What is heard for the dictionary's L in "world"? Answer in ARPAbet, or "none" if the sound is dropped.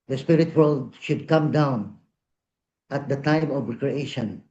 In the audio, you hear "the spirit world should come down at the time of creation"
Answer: L